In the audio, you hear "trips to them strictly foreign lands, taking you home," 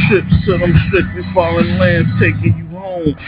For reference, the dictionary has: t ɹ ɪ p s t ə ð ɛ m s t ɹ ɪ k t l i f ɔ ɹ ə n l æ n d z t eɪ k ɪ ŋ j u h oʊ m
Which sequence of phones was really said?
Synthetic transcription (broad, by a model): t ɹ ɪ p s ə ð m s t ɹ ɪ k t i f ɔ l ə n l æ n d t eɪ k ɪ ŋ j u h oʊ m